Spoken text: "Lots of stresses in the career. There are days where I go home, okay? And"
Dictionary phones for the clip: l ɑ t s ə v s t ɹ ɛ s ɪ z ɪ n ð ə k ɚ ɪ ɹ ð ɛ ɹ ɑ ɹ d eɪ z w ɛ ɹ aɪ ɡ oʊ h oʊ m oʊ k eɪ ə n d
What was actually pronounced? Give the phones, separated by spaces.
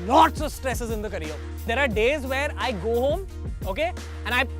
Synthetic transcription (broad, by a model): l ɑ t s ə v s t ɹ ɛ s ɪ z ɪ n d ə k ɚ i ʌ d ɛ ɹ ɑ ɹ d eɪ z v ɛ ɹ aɪ ɡ oʊ h oʊ m oʊ k eɪ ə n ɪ